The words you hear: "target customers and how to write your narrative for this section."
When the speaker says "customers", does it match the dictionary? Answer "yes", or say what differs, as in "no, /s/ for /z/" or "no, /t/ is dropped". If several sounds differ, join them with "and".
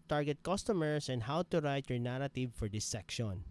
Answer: no, /s/ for /z/